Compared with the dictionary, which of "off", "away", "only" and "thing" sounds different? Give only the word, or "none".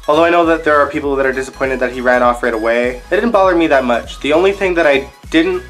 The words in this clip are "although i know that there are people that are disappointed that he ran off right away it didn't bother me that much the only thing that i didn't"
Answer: none